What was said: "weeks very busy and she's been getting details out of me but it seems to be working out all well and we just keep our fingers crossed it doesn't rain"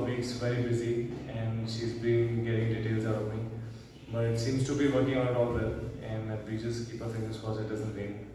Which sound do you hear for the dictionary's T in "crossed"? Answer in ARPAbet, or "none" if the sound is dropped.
none